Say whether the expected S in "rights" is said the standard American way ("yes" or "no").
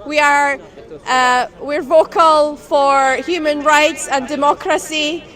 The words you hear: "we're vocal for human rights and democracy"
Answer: yes